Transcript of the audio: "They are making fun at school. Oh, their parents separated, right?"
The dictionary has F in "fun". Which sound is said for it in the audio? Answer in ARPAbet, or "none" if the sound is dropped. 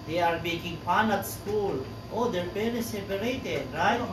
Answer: P